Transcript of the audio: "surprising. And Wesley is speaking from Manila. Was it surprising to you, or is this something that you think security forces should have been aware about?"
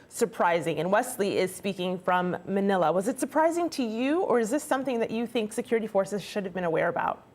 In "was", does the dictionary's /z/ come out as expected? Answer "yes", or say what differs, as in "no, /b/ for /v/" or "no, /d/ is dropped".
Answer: yes